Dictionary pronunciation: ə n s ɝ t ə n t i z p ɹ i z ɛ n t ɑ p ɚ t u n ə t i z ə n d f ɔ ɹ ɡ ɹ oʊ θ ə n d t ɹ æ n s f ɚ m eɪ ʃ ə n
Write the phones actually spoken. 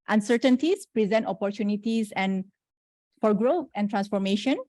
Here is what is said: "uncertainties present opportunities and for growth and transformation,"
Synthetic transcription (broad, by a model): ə n s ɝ t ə n t i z p ɹ i z ɛ n t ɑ p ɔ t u n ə t i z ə n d f ɔ ɹ ɡ ɹ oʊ f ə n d t ɹ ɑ n s f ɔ m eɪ ʃ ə n